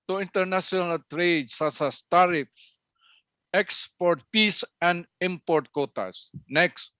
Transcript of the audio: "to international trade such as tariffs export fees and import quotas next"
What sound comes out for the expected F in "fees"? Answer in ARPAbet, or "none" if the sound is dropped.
P